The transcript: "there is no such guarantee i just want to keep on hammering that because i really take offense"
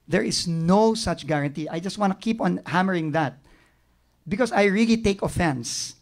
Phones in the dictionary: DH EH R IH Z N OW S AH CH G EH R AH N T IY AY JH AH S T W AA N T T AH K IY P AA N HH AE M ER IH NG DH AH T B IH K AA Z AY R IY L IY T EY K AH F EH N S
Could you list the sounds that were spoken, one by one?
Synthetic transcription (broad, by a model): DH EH R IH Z N OW S AH CH G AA R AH N T IY AY JH AH S T W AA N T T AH K IY P AA N HH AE M ER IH NG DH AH T B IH K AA S AY R IY L IY T EY K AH F EH N S